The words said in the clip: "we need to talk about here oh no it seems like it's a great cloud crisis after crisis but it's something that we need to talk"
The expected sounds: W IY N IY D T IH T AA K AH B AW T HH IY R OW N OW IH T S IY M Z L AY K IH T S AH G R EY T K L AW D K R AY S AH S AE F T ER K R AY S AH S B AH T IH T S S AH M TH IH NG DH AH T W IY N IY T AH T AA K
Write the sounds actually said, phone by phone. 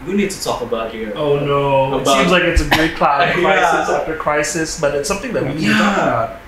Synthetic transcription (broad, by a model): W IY N IY D T IH T AA K AH B AW T HH IY R OW N OW IH T S IY M Z L AY K IH T S AH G EY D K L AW K R AY S AH S AE F T ER K R AY S AH S B AH T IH T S S AH M TH IH NG DH AH T W IY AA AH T